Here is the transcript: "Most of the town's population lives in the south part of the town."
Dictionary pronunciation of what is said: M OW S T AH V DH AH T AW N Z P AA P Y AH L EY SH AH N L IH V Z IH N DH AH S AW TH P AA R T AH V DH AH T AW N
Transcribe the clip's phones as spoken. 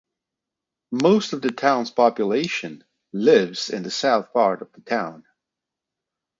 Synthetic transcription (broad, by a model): M OW S T AH V DH AH T AW N Z P AA P Y AH L EY SH AH N L IH V Z IH N DH AH S AW TH P AA R T AH V DH AH T AW N